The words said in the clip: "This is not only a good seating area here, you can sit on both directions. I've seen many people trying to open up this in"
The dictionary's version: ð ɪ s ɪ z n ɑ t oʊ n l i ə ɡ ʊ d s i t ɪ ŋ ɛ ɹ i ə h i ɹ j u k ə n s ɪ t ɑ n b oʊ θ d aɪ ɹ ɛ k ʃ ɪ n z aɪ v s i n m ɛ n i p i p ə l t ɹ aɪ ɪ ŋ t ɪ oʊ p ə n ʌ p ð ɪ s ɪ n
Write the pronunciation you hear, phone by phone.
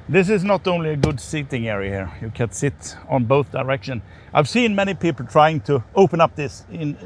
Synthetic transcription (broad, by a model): ð ɪ s ɪ z n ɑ t oʊ n l i ə ɡ ʊ d s i t ɪ ŋ ɛ ɹ i ə h i ɹ j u k ə n s ɪ t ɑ n b oʊ θ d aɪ ɹ ɛ k ʃ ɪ n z aɪ v s i n m ɛ n i p i p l t ɹ aɪ ɪ ŋ t ɪ oʊ p ə n ʌ p ð ɪ s ɪ n